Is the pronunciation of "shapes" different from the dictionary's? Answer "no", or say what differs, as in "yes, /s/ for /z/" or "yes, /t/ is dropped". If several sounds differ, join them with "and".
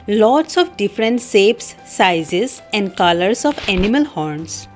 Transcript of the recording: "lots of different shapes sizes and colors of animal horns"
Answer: yes, /s/ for /ʃ/